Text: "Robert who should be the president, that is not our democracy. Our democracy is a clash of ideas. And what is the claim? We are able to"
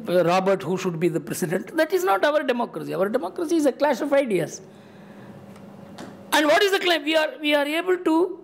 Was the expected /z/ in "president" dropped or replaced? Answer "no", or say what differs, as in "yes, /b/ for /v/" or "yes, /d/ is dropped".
yes, /s/ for /z/